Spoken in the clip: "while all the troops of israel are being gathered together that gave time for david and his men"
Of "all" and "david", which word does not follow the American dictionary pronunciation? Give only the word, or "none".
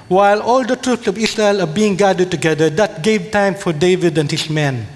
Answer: none